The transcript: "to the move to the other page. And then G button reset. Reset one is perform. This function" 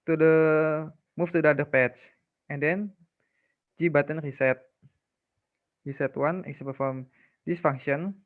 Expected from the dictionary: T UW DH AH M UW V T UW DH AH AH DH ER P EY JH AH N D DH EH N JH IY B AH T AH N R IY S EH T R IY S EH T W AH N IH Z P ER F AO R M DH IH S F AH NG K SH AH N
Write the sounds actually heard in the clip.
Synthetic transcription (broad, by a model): T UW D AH M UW F T UW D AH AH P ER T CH AH N D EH N JH IY B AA T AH N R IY S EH T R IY S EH T W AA N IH S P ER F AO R M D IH S F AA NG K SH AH N